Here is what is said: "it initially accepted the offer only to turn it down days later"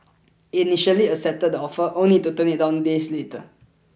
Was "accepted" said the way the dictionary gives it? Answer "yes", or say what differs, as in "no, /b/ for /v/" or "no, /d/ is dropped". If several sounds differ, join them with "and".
no, /k/ is dropped